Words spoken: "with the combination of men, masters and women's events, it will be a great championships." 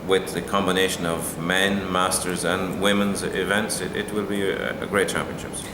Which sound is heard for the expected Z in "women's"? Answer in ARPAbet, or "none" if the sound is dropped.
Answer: Z